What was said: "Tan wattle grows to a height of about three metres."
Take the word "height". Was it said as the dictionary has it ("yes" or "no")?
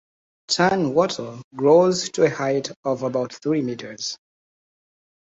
yes